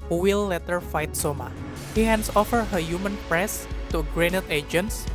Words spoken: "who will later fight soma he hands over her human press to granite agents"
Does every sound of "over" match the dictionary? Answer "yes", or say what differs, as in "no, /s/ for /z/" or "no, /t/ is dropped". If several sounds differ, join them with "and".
no, /f/ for /v/